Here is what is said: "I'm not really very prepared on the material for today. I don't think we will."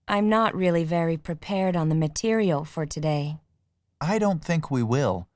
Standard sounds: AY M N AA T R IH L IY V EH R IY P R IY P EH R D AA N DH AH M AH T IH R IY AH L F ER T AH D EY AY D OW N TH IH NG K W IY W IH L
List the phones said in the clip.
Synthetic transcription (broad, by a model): AY M N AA T R IH L IY V EH R IY P R IY P EH R D N DH AH M AH T IH R IY AH L F ER T AH D EY AY D OW N TH IH NG K W IY W IH L